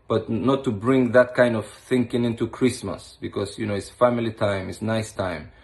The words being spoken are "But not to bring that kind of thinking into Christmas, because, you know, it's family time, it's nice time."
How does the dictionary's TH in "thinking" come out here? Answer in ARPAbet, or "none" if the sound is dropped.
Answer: TH